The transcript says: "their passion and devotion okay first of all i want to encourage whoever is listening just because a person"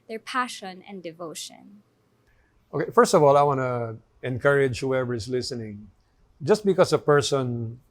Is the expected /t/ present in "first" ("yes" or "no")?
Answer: yes